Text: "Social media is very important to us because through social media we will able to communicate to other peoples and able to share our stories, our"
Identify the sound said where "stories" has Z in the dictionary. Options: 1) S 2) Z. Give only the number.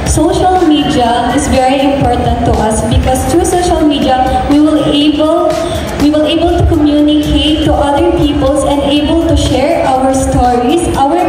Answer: 1